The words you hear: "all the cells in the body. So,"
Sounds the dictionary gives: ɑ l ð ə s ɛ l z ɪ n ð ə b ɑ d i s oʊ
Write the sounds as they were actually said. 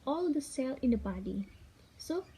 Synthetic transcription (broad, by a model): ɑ l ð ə s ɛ l ɪ n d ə b ɑ d i s oʊ